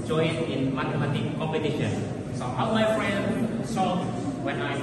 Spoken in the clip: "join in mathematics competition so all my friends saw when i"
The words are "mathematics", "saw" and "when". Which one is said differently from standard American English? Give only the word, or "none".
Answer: mathematics